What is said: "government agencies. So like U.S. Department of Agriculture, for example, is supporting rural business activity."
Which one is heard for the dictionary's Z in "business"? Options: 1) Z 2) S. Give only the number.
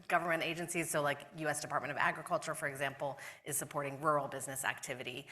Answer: 1